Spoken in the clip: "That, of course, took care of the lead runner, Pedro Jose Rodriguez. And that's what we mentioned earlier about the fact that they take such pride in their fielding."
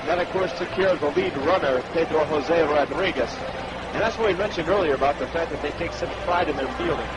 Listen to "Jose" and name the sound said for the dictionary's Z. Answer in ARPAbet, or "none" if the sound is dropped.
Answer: Z